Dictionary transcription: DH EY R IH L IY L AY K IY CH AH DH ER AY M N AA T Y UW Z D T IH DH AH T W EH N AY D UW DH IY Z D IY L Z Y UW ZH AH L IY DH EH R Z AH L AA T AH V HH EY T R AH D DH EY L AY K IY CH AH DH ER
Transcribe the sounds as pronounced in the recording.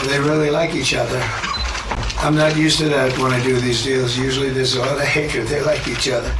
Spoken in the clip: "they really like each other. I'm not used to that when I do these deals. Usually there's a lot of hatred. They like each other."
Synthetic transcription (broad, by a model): DH EY R IH L IY L AY K IY CH AH DH ER AY M N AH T Y UW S T IH DH AH T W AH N AY D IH DH IY Z D IY L Z Y UW ZH L IY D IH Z AH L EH AH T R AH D DH EY L AY K IY CH AH DH ER